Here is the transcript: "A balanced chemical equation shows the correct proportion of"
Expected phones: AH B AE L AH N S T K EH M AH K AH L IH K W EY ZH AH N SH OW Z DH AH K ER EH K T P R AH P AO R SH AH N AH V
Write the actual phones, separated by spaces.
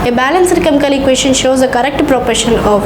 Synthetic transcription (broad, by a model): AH B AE L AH N S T K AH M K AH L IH K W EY SH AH N SH OW Z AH K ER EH K T P R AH P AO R SH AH N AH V